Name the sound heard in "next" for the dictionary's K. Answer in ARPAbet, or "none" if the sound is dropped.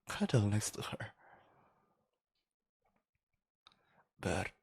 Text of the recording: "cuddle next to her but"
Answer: none